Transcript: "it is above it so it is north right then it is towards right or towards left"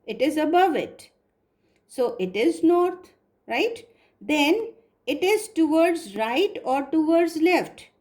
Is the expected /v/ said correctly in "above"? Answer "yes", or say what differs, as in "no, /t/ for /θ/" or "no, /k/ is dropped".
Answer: yes